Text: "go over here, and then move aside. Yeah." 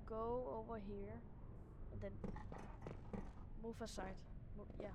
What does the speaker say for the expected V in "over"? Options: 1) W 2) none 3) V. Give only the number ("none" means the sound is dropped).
3